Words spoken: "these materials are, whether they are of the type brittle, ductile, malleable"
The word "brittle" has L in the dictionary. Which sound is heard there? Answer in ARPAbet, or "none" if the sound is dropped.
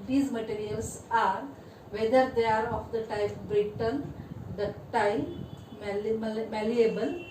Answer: N